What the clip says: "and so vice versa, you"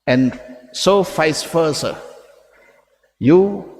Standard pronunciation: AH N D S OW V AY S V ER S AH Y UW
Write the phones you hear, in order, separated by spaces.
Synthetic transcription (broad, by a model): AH N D S OW F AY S F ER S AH Y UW